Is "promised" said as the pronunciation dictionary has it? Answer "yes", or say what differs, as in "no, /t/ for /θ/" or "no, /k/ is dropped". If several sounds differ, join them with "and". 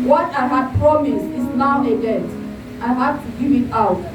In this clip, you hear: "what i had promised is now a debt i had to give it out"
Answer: no, /t/ is dropped